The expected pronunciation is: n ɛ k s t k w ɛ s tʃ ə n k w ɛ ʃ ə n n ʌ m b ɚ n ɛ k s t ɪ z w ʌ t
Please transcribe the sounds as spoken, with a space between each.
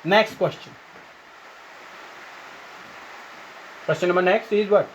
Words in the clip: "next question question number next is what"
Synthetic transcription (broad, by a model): n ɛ k s t k w ɛ s tʃ ə n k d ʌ s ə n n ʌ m ɚ n ɛ k s t ɪ z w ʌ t